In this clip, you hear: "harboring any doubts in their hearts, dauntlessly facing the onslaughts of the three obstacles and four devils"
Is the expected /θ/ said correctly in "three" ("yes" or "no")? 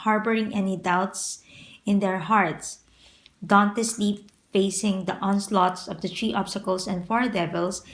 no